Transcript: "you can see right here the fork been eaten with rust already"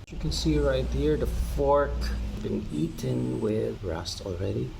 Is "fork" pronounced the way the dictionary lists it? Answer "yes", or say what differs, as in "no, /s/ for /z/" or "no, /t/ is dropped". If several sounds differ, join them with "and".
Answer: yes